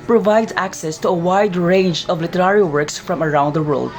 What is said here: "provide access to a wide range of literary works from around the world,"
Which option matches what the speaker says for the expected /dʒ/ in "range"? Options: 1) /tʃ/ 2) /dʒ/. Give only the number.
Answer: 2